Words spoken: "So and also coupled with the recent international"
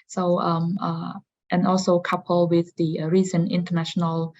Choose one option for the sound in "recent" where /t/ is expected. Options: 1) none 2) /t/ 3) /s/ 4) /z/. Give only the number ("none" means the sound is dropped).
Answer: 1